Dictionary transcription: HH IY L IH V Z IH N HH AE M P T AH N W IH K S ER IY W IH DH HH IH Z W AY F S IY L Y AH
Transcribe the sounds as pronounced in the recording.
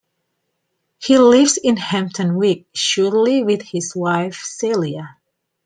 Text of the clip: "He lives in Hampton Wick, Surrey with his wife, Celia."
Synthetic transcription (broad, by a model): HH IY L IH V Z IH N HH AE M P T AH N W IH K SH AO IY W IH DH HH IH Z W AY F S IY L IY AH